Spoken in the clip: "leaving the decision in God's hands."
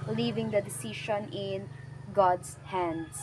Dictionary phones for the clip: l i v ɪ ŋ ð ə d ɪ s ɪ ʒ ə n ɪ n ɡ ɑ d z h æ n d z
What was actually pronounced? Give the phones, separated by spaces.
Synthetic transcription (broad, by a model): l i v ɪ ŋ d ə d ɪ s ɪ ʃ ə n ɪ n ɡ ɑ d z h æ n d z